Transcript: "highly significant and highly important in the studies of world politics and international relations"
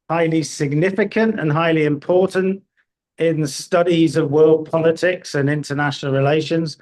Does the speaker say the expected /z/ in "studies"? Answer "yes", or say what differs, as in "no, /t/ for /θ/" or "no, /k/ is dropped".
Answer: yes